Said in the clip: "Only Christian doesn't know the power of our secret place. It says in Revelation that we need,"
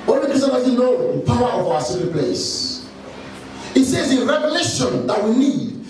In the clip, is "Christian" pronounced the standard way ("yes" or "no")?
no